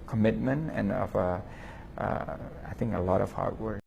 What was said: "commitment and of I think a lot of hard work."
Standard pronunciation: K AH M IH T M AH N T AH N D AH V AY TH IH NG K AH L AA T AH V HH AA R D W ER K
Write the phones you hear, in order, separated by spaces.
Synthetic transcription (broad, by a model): K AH M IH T M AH N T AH N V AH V AY TH IH NG K AH L AA T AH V HH AA R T W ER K